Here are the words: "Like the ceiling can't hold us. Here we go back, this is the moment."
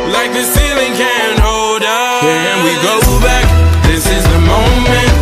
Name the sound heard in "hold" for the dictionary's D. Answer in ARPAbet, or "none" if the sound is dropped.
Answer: D